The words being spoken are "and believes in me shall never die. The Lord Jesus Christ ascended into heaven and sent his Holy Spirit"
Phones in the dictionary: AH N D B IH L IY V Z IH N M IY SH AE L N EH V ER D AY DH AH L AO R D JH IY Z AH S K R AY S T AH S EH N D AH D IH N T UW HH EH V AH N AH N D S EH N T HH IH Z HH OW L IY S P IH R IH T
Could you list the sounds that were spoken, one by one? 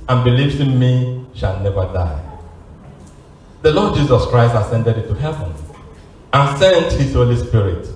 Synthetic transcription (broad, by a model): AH N B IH L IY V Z IH N M IY SH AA L N EH V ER D AY DH AH L AO D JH IY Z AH S K R AY S T AH S EH N D AH D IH T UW HH EH V AH N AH N S EH N T HH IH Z HH OW L IY S P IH R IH T